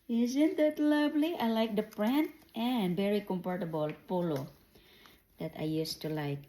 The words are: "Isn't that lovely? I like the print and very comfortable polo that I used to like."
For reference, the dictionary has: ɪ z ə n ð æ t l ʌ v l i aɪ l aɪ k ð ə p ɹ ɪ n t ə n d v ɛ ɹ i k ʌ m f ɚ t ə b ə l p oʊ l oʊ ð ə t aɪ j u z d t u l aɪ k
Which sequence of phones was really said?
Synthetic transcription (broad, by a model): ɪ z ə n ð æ t l ʌ v l i aɪ l aɪ k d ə p ɹ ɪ n t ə n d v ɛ ɹ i k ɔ m p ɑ t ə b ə l p oʊ l oʊ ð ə t aɪ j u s t u l aɪ k